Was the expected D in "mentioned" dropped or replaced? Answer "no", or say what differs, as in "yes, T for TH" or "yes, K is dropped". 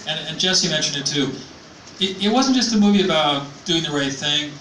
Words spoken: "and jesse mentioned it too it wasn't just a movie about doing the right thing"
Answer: no